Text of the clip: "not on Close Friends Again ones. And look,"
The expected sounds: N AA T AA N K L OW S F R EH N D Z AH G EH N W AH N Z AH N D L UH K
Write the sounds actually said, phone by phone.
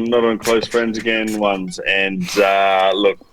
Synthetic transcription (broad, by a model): N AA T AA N K L OW S F R EH N D Z AH G EH N W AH N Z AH N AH L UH K